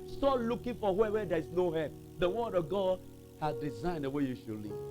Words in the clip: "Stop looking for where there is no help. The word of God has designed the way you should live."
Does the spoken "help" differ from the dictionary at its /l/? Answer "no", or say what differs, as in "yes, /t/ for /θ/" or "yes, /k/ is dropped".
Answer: yes, /l/ is dropped